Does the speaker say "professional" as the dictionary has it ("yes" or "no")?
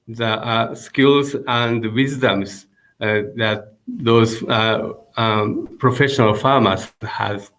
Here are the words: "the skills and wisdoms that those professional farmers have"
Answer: yes